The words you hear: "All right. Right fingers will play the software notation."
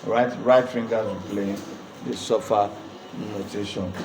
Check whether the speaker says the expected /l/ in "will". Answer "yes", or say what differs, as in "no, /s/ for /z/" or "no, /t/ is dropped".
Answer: no, /n/ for /l/